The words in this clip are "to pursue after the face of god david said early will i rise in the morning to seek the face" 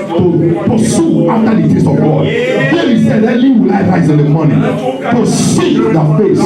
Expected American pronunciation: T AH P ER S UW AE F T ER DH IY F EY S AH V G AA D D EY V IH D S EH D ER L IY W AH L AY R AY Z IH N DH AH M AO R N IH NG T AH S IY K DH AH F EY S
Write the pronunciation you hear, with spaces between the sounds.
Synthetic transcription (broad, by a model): T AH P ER S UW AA F T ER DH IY F EY S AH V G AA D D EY IH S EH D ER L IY W AH L AY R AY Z IH N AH M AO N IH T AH S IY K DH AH F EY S